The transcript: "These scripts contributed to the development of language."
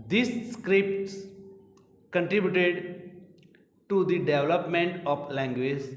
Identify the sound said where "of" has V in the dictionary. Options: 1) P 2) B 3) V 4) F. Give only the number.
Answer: 1